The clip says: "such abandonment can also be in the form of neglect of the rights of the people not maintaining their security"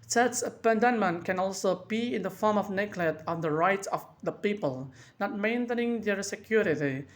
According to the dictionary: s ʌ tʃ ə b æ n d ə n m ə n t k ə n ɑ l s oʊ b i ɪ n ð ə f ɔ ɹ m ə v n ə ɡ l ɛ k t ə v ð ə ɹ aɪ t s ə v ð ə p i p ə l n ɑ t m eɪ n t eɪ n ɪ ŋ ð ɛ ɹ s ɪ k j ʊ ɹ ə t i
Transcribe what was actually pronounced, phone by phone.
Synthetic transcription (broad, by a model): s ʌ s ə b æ n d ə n m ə n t k ə n ɑ l s oʊ b i ɪ n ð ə f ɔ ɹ m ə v n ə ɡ l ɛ t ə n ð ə ɹ aɪ t s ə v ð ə p i p ə l n ɑ t m eɪ n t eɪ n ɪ ŋ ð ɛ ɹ s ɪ k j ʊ ɹ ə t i